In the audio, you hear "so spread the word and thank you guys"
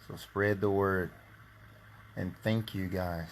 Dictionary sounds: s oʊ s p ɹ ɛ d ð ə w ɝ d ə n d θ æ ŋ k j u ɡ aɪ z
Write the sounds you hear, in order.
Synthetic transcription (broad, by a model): s oʊ s p ɹ ɛ d ð ə w ɝ d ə n θ æ ŋ k j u ɡ aɪ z